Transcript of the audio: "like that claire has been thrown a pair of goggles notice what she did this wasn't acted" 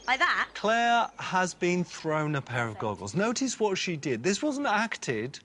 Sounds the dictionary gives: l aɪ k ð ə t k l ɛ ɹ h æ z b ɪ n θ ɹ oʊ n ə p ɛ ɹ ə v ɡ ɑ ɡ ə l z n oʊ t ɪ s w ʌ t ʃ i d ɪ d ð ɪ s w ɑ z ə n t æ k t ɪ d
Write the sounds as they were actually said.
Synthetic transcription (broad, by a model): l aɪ ð ə t k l ɛ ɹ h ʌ z b ɪ n θ ɹ oʊ n ə p ɛ ɹ ə v ɡ ɑ ɡ ə l z n oʊ t ɪ s w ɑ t ʃ i d ɪ d ð ɪ s w ɑ z ə n t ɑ k t ɪ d